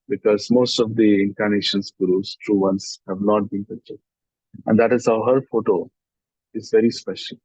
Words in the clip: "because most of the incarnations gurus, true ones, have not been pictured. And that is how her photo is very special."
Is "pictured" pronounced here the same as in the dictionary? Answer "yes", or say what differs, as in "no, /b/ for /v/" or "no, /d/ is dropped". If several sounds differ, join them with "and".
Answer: no, /k/ is dropped